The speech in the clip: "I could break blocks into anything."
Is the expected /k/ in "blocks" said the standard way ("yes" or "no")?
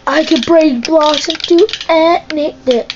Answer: no